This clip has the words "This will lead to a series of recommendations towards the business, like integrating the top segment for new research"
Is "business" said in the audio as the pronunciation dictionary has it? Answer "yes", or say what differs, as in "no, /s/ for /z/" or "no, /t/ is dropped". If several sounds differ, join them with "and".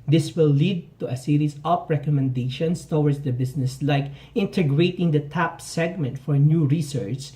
no, /s/ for /z/